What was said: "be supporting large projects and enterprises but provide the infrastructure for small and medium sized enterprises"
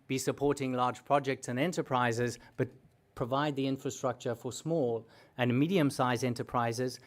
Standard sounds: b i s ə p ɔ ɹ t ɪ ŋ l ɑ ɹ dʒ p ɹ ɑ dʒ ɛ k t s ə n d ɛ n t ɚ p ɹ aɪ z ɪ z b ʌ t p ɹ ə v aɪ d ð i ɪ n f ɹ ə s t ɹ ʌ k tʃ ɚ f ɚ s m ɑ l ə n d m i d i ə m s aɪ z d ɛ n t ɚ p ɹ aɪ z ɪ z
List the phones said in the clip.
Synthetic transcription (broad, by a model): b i s ə p ɔ ɹ t ɪ ŋ l ɑ ɹ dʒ p ɹ ɑ dʒ ɛ k t s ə n ɛ n t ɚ p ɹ aɪ z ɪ z b ʌ t p ɹ ə v aɪ d ð i ɪ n f ɹ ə s t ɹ ʌ k tʃ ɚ f ɚ s m ɑ l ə n m i d i ə m s aɪ z ɛ n t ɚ p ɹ aɪ z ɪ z